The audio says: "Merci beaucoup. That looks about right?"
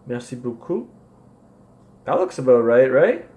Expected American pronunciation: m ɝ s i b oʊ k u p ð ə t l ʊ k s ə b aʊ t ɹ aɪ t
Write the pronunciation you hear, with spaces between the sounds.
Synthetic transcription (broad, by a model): m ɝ s i b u k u ð ə t l ʊ k s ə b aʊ t ɹ aɪ t